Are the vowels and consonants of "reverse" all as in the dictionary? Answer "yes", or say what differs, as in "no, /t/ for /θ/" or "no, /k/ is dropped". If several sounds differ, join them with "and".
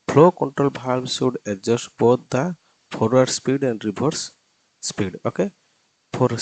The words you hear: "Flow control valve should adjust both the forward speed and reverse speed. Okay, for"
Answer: no, /b/ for /v/